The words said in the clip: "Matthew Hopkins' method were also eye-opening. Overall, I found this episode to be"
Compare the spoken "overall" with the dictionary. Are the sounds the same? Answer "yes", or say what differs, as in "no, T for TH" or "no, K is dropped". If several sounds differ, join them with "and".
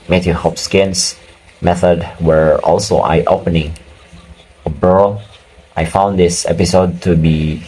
no, B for V